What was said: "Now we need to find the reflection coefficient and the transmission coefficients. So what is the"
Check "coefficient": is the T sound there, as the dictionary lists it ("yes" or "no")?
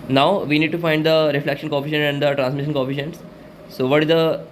no